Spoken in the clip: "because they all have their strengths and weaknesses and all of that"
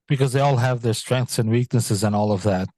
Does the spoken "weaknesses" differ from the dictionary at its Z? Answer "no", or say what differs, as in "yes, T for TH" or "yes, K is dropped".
no